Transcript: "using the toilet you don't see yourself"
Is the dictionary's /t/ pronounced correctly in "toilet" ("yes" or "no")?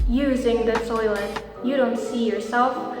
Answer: no